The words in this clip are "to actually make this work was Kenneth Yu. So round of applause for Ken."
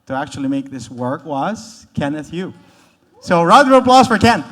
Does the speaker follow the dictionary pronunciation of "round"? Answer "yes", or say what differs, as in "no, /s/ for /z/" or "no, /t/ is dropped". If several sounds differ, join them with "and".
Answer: no, /n/ is dropped